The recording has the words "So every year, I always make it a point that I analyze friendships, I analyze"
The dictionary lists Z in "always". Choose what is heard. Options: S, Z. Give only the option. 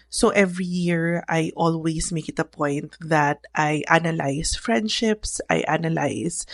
S